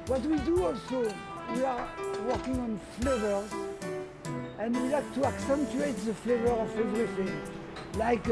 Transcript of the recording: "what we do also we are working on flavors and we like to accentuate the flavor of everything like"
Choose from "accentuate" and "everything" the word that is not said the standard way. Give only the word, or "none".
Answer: none